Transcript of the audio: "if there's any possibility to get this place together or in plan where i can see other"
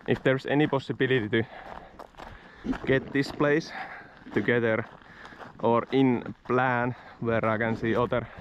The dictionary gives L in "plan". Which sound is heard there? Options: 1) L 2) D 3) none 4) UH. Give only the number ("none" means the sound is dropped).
1